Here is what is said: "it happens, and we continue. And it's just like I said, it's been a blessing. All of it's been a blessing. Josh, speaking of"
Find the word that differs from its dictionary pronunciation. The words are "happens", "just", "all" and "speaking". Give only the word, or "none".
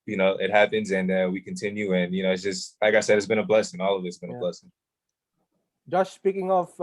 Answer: none